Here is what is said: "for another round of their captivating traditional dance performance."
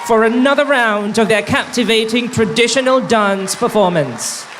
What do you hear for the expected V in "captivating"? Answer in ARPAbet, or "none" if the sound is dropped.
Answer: V